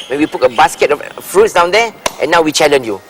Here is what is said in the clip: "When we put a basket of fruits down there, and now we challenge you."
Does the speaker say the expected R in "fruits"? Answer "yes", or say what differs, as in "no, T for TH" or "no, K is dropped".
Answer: yes